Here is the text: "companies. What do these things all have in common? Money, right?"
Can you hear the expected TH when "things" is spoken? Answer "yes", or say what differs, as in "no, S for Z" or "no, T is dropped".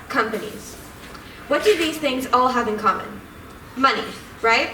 yes